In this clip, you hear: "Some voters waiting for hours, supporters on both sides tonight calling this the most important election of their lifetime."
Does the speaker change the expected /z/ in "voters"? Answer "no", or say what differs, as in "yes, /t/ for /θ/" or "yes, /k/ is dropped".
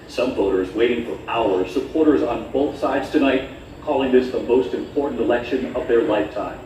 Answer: no